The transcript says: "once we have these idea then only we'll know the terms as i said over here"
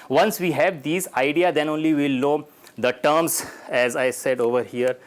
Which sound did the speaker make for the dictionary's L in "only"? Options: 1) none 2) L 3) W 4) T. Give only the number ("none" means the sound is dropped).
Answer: 2